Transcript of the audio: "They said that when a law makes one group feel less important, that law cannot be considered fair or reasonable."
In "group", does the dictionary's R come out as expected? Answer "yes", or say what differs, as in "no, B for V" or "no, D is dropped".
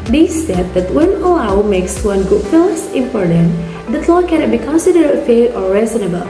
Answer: no, R is dropped